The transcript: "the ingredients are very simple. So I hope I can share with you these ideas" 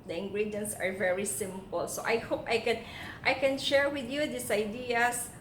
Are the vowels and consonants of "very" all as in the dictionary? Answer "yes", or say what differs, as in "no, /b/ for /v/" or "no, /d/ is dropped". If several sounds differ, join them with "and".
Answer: yes